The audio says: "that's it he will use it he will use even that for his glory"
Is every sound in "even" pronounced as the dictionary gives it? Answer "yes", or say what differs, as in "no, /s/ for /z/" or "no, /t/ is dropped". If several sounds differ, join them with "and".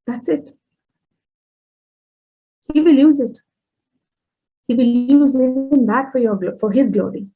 no, /v/ is dropped